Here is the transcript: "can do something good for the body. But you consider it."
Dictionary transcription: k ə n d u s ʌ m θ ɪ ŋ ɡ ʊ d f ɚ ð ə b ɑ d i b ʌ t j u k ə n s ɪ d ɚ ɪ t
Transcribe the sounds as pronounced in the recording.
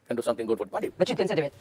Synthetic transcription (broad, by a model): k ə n d u s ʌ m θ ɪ ŋ ɡ ʊ d f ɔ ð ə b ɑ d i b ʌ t j u k ə n s ɪ d ɚ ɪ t